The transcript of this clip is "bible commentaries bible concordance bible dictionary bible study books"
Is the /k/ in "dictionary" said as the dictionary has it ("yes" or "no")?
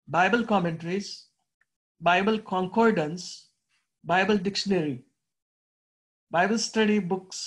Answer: yes